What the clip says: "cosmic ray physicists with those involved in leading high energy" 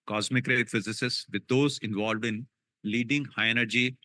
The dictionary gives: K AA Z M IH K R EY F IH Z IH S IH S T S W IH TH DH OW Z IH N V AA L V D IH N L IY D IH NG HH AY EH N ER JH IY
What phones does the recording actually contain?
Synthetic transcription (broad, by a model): K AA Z M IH K R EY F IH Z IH S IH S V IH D OW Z IH N V AA L V D IH N L IY D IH NG HH AY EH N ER JH IY